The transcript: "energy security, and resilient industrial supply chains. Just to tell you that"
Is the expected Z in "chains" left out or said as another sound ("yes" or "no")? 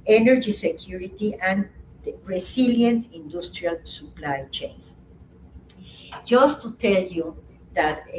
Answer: yes